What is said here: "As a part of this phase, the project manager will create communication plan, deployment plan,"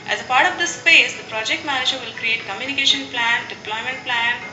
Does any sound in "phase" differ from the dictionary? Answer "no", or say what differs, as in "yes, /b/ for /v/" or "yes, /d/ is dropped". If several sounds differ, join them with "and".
yes, /p/ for /f/